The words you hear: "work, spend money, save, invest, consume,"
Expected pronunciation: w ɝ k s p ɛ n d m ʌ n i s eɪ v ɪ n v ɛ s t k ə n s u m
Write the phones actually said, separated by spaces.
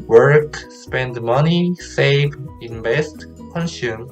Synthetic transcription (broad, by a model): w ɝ k s p ɛ n d m ʌ n i s eɪ v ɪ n b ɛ s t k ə n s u m